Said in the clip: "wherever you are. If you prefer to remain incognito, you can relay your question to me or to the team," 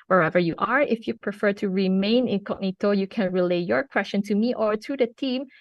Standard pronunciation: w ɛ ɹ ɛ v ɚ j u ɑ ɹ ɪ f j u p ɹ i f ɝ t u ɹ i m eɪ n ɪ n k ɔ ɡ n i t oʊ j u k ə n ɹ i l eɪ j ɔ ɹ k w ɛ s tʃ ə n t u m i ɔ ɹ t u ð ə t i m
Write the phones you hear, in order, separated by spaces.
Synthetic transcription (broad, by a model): w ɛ ɹ ɛ v ɚ j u ɑ ɹ ɪ f j u p ɹ i f ɝ t u ɹ i m eɪ n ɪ n k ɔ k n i t oʊ j u k ə n ɹ i l eɪ j ɔ ɹ k w ɛ s tʃ ə n t u m i ɔ ɹ t u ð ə t i m